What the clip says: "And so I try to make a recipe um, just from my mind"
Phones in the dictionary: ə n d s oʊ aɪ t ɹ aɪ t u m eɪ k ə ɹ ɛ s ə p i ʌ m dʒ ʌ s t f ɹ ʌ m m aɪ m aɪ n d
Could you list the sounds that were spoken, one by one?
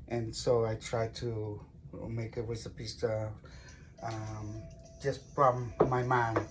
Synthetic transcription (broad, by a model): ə n s oʊ aɪ t ɹ aɪ t u m eɪ k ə w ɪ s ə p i ʌ m dʒ ʌ s t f ɹ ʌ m m aɪ m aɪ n